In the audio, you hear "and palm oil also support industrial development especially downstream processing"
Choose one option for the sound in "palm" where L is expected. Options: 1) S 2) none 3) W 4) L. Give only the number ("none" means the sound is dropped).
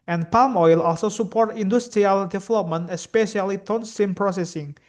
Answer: 4